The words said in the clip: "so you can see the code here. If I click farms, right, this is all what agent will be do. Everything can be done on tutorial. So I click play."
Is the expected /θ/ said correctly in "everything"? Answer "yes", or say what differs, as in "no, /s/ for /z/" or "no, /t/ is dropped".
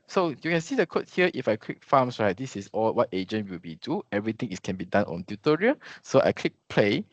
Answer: no, /t/ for /θ/